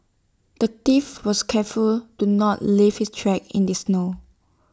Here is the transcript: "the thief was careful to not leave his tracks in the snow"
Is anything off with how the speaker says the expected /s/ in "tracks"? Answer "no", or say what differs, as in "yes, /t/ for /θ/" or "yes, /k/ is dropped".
yes, /s/ is dropped